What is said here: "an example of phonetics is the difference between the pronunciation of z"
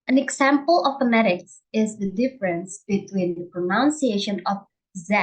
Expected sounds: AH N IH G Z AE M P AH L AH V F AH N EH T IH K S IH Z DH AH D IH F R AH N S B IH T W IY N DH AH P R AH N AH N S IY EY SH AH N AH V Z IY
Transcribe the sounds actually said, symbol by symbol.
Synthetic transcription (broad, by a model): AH N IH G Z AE M P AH L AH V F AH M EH T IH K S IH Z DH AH D IH F R AH N S B IH T W IY N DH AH P R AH N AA N S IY EY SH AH N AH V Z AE